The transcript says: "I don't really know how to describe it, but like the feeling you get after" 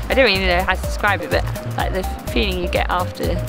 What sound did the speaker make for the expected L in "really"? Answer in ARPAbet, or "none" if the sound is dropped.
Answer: none